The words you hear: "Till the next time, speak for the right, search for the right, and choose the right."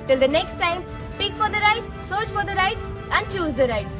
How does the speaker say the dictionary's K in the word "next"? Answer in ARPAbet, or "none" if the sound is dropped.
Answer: K